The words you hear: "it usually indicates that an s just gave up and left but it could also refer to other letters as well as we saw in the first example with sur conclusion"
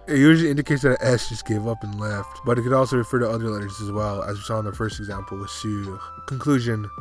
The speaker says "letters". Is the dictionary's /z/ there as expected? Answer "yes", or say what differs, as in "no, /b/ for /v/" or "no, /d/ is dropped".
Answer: yes